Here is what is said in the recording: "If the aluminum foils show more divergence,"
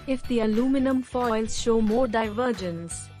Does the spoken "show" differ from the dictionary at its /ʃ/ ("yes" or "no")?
no